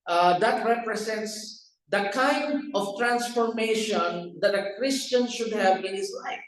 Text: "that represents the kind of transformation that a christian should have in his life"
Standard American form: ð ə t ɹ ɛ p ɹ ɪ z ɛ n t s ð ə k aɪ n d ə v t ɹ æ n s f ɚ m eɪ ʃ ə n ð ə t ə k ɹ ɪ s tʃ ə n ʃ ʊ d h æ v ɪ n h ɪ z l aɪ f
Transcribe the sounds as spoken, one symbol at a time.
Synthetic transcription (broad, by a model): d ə t ɹ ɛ p ɹ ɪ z ɛ n t s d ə k aɪ n d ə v t ɹ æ n s f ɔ m eɪ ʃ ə n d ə t ə k ɹ ɪ s tʃ ə n ʃ ʊ d h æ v ɪ n h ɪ s l aɪ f